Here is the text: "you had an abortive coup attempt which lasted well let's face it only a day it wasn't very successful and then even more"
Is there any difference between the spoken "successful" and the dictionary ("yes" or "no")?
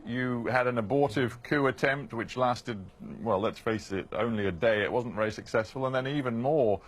no